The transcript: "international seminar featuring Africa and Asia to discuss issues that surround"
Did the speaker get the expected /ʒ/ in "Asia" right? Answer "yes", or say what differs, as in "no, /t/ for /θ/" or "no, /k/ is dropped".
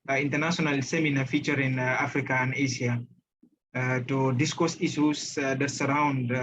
no, /s/ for /ʒ/